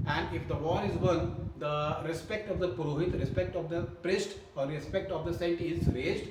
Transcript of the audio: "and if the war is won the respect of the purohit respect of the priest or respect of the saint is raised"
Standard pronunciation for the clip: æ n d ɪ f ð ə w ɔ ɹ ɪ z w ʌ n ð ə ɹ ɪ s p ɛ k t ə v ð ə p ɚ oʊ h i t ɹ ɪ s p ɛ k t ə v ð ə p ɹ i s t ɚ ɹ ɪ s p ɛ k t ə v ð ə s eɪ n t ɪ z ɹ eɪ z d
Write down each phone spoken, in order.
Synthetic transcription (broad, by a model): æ n d ɪ f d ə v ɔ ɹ ɪ z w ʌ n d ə ɹ ɪ s p ɛ k t ə v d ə p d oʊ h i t ɹ ɪ s p ɛ k t ə v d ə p ɹ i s t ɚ ɹ ɪ s p ɛ k t ə v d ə s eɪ t ɪ z ɹ eɪ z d